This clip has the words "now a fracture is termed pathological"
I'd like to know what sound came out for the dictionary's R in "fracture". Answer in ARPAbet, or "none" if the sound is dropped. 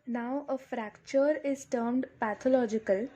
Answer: R